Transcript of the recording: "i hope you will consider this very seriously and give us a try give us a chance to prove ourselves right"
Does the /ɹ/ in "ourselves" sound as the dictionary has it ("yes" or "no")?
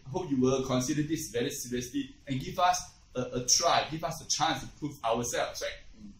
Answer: no